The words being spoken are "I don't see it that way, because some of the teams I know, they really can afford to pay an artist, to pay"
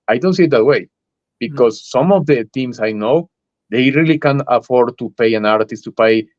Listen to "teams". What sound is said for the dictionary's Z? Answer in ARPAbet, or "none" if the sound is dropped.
S